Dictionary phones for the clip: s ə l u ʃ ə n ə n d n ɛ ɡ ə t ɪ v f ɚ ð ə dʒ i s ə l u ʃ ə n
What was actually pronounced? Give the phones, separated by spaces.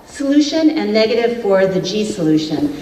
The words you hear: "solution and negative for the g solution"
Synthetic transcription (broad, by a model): s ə l u ʃ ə n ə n n ɛ ɡ ə t ɪ v f ɚ ð ə dʒ i s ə l u ʃ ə n